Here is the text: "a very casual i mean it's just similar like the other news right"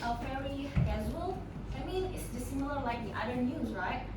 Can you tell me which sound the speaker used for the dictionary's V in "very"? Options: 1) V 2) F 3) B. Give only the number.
2